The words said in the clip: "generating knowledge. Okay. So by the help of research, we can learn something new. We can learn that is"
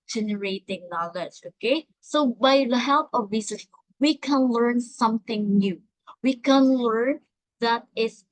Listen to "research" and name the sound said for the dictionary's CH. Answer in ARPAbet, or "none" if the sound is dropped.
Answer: S